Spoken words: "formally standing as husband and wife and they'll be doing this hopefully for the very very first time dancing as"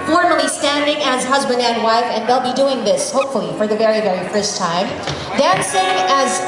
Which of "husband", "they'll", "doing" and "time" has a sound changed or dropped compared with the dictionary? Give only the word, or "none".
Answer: none